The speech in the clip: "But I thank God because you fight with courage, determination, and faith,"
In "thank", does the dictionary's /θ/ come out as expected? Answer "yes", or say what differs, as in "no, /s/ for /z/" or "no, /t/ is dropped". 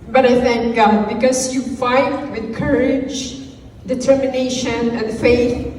yes